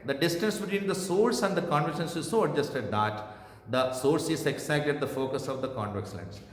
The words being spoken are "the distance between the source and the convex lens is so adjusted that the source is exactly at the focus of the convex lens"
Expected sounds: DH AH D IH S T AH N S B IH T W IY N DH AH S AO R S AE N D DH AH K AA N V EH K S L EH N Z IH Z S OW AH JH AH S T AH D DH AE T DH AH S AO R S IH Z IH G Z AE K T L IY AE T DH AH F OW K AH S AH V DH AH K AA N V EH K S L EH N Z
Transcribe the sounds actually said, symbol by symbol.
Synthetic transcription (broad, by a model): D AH D IH S T AH N S B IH T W IY N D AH S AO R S AE N D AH K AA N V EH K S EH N S IH Z S OW AH JH AH S T AH D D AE T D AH S AO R S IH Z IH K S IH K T IY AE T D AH F OW K AH S AH V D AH K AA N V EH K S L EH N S